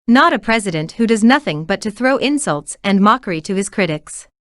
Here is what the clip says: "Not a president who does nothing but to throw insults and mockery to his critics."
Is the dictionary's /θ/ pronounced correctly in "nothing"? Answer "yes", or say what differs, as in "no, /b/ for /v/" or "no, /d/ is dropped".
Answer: yes